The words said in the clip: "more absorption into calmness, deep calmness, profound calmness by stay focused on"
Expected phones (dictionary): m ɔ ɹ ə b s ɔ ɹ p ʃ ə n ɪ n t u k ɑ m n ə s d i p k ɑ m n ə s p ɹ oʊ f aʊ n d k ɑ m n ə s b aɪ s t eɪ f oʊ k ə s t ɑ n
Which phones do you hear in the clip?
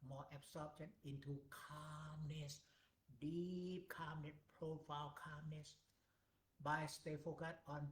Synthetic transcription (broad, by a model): m ɔ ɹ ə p s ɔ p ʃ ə n ɪ n t u k ɑ m n ə s d i p k ɑ m n ə s p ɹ oʊ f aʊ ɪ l k ɑ m n ə s b aɪ s t eɪ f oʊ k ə t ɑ n